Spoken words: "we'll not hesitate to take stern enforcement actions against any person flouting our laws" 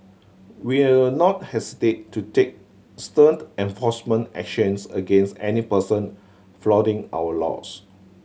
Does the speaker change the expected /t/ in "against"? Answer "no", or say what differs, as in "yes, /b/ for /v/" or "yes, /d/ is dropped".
no